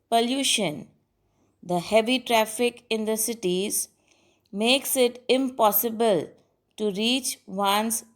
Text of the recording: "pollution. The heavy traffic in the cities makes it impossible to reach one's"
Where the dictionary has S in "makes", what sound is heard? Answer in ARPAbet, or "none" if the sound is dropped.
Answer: S